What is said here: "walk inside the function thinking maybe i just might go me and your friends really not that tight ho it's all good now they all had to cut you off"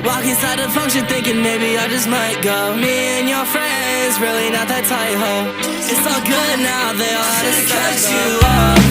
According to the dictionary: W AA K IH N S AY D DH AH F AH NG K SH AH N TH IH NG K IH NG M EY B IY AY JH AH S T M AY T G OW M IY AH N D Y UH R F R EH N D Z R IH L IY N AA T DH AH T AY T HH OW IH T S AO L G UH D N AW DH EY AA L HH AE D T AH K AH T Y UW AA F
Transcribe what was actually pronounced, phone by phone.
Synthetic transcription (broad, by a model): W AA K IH S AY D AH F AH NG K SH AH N TH IH NG K IH NG M EY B IY AY JH AH S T M AY T G OW M IY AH N Y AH R F R EH N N Z R IH L IY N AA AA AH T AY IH HH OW IH T S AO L G UH D N AW DH EY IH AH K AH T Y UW